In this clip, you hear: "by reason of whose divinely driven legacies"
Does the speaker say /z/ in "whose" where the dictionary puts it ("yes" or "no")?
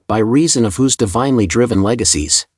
yes